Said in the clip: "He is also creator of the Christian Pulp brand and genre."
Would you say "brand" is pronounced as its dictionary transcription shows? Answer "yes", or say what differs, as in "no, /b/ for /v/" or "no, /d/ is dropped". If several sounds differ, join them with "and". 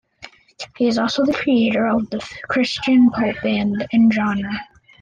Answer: no, /ɹ/ is dropped